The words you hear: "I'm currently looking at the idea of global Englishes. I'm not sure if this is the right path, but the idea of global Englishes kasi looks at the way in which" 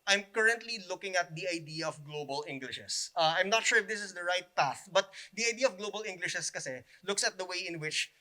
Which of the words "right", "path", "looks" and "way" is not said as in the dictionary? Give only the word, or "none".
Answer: none